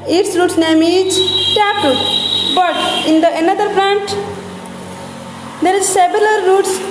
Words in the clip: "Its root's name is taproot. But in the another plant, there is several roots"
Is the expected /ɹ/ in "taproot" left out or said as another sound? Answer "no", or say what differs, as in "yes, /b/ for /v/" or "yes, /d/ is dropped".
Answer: yes, /ɹ/ is dropped